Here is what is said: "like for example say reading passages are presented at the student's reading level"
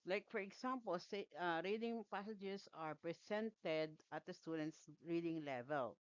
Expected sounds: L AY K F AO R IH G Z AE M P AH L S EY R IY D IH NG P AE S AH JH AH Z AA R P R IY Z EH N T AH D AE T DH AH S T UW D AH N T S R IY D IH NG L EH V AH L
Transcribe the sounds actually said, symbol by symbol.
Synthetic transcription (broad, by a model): L AY K F AO R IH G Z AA M P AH L S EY R IY D IH NG P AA S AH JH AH S AA R P R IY S EH N T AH D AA T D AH S T UW D AH N T S R IY D IH NG L EH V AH L